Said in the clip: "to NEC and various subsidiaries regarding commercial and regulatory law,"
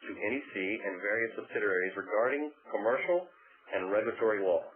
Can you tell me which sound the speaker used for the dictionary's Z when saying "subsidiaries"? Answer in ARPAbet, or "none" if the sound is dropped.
Z